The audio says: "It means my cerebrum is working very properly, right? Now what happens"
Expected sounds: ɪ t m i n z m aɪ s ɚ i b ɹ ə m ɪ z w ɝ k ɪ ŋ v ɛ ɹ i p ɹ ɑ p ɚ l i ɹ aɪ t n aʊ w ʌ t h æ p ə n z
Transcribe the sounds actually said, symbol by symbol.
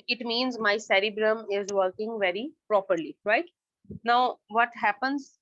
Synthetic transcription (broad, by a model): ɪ t m i n z m aɪ s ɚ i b ɹ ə m ɪ z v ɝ k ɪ ŋ v ɛ ɹ i p ɹ ɑ p ɚ l i ɹ aɪ t n aʊ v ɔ t h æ p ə n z